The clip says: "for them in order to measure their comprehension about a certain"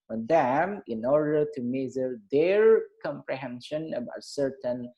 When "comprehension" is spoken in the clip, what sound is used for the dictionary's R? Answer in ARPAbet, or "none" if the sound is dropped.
R